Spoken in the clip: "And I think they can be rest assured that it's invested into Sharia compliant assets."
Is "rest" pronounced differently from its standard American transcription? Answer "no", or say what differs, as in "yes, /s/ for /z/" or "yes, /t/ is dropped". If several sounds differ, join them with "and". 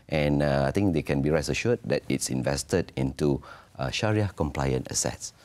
yes, /t/ is dropped